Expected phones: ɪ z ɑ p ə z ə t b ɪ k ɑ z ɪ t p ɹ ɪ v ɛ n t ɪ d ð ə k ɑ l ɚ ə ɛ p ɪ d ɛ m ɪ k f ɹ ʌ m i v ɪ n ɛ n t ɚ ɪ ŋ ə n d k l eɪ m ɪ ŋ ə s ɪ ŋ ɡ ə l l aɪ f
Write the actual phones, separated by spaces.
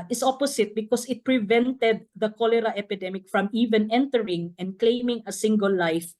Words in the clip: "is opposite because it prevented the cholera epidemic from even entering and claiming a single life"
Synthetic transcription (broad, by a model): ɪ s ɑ p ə s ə t b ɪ k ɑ s ɪ t p ɹ ɪ v ɛ n t ɪ d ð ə k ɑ l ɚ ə ɛ p ɪ d ɛ m ɪ k f ɹ ʌ m i v ɪ n ɛ n t ɚ ɪ ŋ ə n d k l eɪ m ɪ ŋ ə s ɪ ŋ ɡ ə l l aɪ f